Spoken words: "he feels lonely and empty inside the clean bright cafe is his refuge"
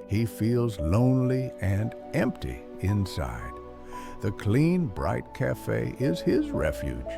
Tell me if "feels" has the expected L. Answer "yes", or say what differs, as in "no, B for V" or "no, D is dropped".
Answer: yes